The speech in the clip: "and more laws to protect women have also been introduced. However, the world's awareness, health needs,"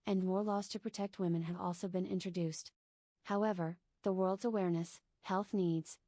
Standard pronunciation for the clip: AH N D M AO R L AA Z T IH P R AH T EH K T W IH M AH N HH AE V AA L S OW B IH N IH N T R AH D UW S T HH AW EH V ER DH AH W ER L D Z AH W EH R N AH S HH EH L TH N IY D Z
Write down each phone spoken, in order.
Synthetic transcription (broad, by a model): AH N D M AO R L AA Z T IH P R AH T EH K T W IH M AH N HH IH V AA L S OW B IH N IH N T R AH D UW S T HH AW EH V ER DH AH W ER L D Z AH W EH R N AH S HH EH L TH N IY D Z